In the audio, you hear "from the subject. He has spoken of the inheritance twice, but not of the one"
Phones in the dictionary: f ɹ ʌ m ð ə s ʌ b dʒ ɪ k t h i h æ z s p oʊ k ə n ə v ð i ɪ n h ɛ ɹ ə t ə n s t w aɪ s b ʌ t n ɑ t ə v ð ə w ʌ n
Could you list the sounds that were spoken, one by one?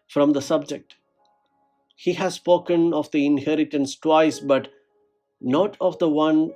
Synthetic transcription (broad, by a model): f ɹ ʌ m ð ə s ʌ b dʒ ɪ k t h i h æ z s p oʊ k ə n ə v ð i ɪ n h ɛ ɹ ə t ə n s t w aɪ s b ʌ t n ɑ t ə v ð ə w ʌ n